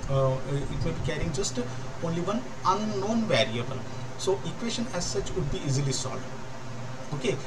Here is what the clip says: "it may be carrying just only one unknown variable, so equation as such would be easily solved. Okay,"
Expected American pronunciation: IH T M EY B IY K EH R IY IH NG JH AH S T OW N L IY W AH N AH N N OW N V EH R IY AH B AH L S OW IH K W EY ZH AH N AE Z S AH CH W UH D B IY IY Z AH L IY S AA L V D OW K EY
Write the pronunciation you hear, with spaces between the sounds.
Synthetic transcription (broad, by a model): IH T M EY B IY K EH R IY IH NG JH AH S T OW N L IY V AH N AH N N OW N V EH R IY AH B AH L S OW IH K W EY SH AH N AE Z S AH CH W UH D B IY IY Z AH L IY S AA L D OW K EY